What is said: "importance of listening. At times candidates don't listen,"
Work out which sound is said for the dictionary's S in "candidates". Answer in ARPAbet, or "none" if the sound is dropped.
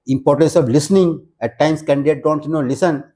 none